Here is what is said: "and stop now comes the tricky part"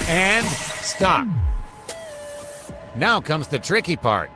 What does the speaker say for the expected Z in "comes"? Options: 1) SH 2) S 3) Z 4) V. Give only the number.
3